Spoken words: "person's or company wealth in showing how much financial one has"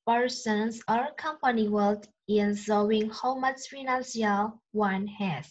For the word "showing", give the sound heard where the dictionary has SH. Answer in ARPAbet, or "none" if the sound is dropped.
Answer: S